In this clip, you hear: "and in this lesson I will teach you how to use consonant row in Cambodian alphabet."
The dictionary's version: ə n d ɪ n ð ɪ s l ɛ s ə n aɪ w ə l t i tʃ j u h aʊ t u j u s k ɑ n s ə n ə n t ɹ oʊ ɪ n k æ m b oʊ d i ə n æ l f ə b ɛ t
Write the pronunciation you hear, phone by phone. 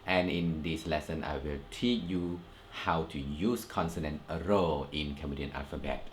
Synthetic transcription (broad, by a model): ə n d ɪ n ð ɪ s l ɛ s ə n aɪ w ə l t i tʃ j u h aʊ t u j u s k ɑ n s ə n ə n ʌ ɹ oʊ ɪ n k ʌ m oʊ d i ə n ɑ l f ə b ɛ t